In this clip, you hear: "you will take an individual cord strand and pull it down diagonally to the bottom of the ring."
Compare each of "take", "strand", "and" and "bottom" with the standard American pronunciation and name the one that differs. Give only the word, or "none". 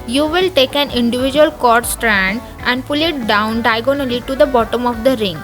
none